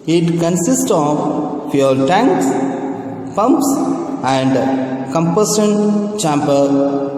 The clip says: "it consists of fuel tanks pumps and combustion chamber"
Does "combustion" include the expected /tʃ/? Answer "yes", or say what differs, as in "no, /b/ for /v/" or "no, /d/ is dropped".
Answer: no, /tʃ/ is dropped